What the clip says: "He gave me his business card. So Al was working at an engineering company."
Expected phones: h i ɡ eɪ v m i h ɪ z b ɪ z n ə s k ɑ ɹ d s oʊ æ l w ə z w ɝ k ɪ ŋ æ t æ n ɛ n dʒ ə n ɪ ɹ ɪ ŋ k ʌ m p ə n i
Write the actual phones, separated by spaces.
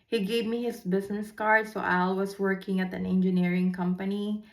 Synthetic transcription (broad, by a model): h i ɡ eɪ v m i h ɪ s b ɪ s n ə s k ɑ ɹ d s oʊ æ l w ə s w ɝ k ɪ ŋ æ t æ n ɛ n dʒ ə n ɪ ɹ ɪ ŋ k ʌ m p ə n i